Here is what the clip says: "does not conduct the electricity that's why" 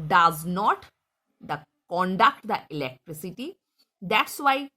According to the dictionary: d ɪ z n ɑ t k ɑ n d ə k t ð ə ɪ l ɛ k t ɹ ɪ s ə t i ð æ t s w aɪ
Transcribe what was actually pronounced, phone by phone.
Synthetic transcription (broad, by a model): d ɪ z n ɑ t k ɑ n d ə k t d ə ɪ l ɛ k t ɹ ɪ s ə t i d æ t s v aɪ